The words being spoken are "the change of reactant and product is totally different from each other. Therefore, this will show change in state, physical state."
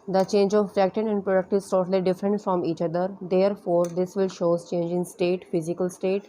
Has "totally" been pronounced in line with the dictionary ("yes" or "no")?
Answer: yes